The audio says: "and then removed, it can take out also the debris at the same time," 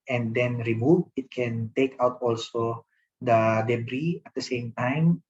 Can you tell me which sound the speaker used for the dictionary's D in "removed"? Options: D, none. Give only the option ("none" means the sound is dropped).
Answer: none